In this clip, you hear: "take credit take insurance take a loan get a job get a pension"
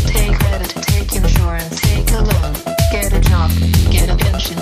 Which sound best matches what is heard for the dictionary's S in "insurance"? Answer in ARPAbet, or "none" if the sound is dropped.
none